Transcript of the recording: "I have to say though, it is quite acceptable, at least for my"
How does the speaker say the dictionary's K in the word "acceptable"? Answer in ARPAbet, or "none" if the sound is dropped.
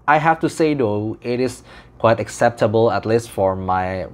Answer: K